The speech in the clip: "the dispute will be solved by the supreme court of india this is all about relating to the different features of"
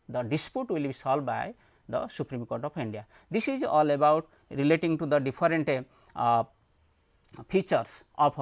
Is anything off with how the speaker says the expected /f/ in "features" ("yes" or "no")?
yes